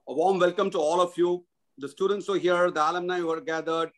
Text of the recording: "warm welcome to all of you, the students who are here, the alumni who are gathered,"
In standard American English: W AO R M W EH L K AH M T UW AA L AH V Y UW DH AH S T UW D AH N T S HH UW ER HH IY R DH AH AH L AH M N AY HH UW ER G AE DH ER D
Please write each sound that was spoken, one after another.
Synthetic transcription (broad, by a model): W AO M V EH L K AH M T UW AA L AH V Y UW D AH S T UW D AH N T S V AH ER HH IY R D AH AH L AH M N AY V ER G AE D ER D